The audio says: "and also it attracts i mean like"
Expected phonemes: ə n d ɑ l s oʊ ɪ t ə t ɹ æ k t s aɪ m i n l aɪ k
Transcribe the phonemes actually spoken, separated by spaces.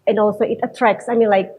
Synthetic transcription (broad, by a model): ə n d ɑ l s oʊ ɪ t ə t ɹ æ k s aɪ m i n l aɪ k